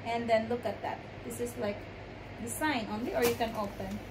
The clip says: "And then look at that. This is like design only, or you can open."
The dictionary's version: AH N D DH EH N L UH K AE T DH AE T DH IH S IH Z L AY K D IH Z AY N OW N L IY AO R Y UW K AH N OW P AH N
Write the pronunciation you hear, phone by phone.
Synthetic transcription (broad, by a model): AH N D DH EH N L UH K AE T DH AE T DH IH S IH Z L AY K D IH S AY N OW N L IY AO R Y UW K AH N OW P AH N